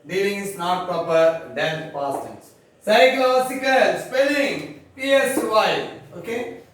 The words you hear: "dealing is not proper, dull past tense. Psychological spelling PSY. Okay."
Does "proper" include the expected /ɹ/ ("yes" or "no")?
yes